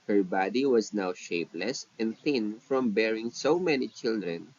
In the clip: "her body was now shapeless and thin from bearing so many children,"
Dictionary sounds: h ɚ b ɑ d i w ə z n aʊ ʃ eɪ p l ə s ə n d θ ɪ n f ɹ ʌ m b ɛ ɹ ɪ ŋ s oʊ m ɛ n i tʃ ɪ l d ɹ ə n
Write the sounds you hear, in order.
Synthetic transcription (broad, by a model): h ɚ b ɑ d i w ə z n aʊ ʃ eɪ p l ə s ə n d θ ɪ n f ɹ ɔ m b ɛ ɹ ɪ ŋ s oʊ m ɛ n i tʃ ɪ l d ɹ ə n